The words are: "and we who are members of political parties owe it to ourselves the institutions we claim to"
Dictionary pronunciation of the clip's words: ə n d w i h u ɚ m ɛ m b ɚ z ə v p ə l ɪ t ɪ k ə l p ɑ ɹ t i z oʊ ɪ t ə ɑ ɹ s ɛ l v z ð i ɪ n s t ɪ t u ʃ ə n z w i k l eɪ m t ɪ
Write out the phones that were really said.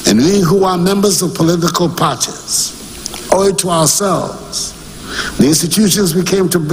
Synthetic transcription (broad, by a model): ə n w i h u ɚ m ɛ m b ɚ z ə v p ə l ɪ t ɪ k ə l p ɑ ɹ t i z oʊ ɪ t ə ɑ ɹ s ɛ l v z ð i ɪ n s t ɪ t u ʃ ə n z w i k eɪ m t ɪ